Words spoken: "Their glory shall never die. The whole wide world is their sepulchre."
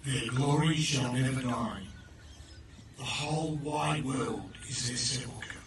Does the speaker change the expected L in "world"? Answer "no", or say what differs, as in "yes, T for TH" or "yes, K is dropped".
no